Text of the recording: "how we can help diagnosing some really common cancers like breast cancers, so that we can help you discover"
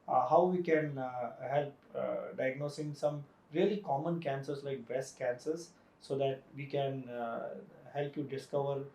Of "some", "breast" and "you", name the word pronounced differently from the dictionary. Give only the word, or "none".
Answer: breast